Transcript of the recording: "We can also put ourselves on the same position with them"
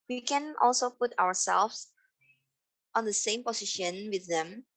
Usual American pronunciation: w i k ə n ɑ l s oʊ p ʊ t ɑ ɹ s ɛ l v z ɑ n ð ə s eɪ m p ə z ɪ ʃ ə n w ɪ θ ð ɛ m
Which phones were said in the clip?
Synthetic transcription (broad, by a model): w i k ə n ɑ l s oʊ p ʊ t ɑ w s ɛ l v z ɑ n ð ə s eɪ m p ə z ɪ ʃ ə n w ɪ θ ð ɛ m